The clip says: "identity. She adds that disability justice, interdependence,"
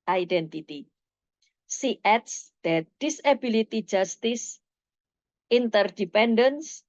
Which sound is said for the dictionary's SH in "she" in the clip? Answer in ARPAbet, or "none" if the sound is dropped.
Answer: S